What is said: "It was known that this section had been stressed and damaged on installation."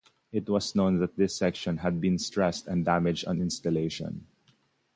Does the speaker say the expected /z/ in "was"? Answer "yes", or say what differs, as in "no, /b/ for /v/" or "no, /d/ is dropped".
no, /s/ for /z/